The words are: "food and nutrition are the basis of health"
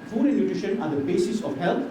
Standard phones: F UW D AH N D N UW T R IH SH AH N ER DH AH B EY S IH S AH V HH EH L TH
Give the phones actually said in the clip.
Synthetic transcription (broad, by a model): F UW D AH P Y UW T IH SH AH N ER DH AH B EY S IH S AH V HH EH L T